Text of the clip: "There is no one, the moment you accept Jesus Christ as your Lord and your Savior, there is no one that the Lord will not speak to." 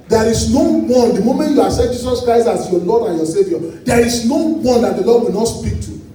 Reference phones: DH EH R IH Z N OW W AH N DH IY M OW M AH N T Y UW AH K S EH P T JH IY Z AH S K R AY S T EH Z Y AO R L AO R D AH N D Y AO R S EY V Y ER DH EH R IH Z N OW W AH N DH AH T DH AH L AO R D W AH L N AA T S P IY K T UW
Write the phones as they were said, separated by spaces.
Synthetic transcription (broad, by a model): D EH R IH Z N OW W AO N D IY M OW M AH N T Y UW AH S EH T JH IY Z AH S K R AY S T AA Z Y AO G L AO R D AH N Y AO S EY V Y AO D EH R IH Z N OW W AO N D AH T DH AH L AO D W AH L N AA T S P IY K T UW